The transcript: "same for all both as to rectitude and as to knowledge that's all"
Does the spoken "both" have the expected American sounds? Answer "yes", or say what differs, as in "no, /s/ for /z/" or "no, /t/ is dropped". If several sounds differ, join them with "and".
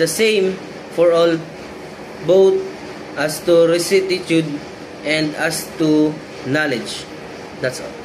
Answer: no, /t/ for /θ/